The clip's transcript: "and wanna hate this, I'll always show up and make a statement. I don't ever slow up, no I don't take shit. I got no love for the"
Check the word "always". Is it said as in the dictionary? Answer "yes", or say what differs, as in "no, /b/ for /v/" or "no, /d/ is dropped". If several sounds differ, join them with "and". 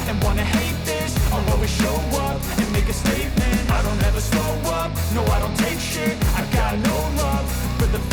no, /l/ is dropped